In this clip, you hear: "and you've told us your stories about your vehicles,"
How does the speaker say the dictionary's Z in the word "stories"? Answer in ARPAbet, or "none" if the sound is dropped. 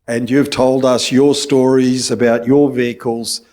Z